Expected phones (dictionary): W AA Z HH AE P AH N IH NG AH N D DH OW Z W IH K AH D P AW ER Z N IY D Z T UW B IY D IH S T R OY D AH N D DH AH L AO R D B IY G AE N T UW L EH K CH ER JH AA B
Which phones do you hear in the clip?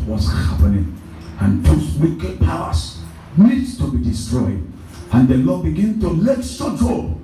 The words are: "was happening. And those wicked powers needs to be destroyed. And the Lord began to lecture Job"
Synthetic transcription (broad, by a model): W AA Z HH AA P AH N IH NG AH N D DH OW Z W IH K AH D P AW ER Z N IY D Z T UW B IY D IH S T R OY D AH N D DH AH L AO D B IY G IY N T UW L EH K S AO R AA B